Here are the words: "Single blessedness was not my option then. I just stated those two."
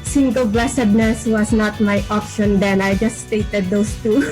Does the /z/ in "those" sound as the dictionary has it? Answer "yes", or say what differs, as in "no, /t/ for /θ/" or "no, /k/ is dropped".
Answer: no, /s/ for /z/